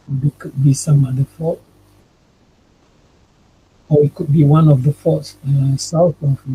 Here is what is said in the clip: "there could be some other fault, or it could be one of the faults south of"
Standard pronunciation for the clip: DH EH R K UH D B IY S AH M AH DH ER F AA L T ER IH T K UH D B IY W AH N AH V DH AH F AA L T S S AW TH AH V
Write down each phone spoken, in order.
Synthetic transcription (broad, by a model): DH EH K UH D B IY S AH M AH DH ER F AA T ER IH T K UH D B IY W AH N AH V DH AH F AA T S S AW TH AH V